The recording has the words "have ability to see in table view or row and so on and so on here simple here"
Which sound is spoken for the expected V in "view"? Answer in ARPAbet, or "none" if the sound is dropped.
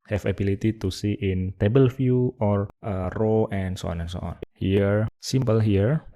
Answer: F